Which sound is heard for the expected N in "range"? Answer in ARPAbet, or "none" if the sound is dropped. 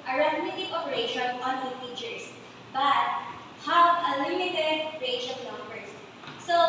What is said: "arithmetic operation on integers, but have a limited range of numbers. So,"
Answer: none